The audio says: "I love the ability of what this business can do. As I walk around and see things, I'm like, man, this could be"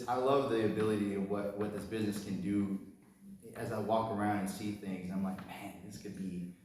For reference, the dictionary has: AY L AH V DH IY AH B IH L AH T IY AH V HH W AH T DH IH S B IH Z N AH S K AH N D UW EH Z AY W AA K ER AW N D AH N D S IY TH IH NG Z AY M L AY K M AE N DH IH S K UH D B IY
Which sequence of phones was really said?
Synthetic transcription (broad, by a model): AY L AH V DH IY AH B IH L AH T IY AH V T W AH T DH IH S B IH Z N AH S K AH N D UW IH Z AY W AA K ER AW N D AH N S IY TH IH NG Z AY M L AY K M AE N DH IH S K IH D B IY